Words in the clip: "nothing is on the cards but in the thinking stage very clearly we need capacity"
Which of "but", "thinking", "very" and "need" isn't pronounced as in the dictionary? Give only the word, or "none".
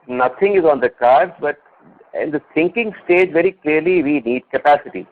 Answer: thinking